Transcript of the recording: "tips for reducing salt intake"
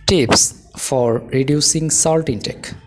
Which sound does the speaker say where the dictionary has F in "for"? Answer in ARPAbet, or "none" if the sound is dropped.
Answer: F